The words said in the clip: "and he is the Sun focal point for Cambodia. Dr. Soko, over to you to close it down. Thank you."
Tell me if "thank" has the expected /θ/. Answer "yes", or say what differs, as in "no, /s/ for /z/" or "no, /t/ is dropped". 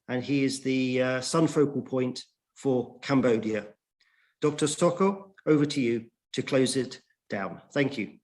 yes